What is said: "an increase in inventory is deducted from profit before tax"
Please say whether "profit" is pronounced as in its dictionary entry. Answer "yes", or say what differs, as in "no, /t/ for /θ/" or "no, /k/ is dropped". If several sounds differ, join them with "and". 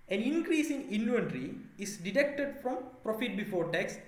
yes